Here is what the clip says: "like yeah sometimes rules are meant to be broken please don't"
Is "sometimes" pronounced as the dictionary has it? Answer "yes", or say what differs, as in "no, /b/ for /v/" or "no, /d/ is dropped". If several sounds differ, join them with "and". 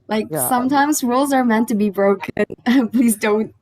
yes